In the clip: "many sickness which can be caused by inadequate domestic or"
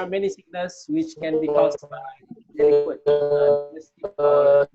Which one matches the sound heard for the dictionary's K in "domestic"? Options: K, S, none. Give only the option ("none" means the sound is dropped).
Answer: none